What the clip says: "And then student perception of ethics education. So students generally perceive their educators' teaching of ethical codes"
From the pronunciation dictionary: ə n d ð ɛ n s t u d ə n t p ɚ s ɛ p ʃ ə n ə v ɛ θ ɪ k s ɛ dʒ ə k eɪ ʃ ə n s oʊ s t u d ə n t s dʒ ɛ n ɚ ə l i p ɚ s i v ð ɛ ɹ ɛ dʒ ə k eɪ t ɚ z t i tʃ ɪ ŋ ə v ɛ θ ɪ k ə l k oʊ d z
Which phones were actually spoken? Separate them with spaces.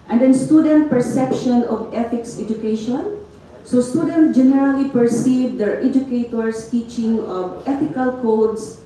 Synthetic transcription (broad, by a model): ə n d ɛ n s t u d ə n t p ɚ s ɛ p ʃ ə n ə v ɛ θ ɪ k s ɛ dʒ ə k eɪ ʃ ə n s oʊ s t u d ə n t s dʒ ɛ n ɚ ə l i p ɚ s i v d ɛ ɹ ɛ dʒ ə k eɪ t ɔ s t i tʃ ɪ ŋ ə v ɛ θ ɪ k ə l k oʊ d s